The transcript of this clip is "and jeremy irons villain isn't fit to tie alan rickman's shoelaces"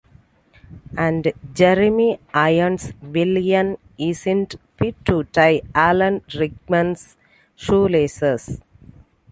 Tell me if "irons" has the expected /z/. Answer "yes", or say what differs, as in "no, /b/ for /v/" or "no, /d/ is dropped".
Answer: no, /s/ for /z/